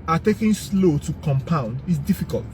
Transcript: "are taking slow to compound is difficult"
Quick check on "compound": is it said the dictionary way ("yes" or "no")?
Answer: yes